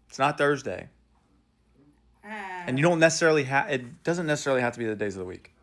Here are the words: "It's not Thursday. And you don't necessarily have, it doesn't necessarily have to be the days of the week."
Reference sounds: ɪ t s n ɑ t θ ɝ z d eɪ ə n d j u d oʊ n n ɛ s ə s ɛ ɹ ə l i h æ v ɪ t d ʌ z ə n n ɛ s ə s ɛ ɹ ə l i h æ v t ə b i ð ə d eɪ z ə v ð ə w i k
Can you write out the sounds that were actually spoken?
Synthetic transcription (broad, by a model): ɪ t s n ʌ t θ ɝ z d eɪ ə n j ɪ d oʊ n n ɛ s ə s ɛ ɹ l i h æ ɪ t d ʌ z ə n n ɛ s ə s ɛ ɹ l i h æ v t ə b i ð ə d eɪ z ə v ð ə w i k